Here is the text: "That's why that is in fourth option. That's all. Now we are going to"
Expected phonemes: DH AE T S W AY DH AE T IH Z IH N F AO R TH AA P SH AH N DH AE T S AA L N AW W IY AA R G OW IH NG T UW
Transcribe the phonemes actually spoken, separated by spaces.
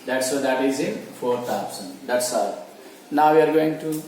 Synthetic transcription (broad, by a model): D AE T S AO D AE T IH Z IH N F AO R T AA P S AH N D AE T S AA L N AW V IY AA R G OW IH NG T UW